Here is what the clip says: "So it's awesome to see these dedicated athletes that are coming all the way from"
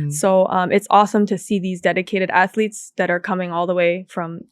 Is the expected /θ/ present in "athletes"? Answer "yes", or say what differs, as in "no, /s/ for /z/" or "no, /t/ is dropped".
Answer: yes